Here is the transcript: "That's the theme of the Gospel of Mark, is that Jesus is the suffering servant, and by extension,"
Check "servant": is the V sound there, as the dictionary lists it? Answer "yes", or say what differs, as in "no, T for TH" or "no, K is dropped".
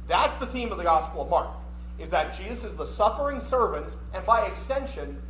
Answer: yes